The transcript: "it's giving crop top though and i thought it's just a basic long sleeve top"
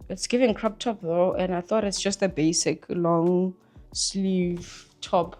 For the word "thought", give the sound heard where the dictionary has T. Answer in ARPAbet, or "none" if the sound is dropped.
T